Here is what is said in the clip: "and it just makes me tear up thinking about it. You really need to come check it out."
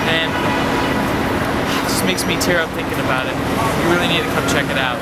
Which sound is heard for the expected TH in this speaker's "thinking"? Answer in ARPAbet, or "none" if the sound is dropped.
TH